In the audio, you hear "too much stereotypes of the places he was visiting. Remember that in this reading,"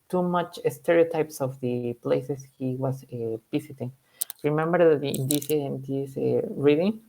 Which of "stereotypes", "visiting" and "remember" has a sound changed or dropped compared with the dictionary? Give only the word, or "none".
visiting